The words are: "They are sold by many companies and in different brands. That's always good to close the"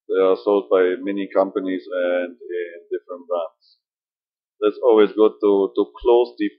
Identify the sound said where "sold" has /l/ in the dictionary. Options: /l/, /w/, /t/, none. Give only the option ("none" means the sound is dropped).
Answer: /l/